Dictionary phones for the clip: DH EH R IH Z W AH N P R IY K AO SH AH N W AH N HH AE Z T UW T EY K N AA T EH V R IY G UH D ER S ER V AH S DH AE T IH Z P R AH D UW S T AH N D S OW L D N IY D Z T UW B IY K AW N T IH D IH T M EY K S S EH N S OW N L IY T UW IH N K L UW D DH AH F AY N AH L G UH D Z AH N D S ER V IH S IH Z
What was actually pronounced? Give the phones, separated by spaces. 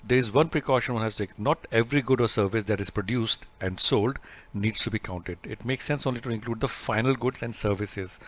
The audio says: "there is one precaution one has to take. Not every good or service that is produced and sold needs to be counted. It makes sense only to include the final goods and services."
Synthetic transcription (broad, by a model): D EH R IH Z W AH N P R IY K AO SH AH N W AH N HH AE S T UW T EY K N AA T EH V R IY G UH D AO S ER V AH S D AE T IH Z P R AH D UW S T AH N D S OW L D N IY D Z T UW B IY K AW N T IH D IH T M EY K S S EH N S OW N L IY T UW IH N K L UW D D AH F AY N AH L G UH D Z AH N D S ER V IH S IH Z